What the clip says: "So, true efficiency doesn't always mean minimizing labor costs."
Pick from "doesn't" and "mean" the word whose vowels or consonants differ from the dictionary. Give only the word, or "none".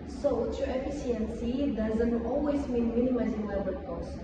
none